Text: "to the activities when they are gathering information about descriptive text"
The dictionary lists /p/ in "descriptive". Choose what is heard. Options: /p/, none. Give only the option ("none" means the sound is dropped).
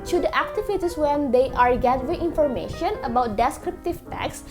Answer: /p/